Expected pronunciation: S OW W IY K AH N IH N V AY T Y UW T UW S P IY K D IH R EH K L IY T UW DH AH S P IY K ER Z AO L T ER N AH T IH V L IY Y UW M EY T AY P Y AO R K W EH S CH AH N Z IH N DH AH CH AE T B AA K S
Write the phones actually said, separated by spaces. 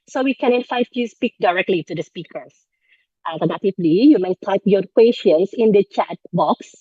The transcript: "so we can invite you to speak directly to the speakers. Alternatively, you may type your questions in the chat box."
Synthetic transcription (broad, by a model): S OW W IY K AH N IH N F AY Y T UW S P IY K D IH R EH K L IY T UW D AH S P IY K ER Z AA L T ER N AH T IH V L IY Y UW M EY T AY P Y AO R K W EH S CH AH N S IH N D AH CH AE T B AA K S